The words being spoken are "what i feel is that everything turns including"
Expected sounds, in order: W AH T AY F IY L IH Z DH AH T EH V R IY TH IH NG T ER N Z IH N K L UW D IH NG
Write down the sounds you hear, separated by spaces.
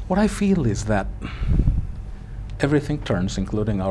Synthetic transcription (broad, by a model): W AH T AY F IY L IH Z DH AH T EH V R IY TH IH NG T ER N Z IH N K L UW D IH NG